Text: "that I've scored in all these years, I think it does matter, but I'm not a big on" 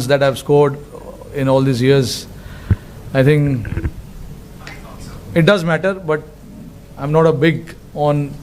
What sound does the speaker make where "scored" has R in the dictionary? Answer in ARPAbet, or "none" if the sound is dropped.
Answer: R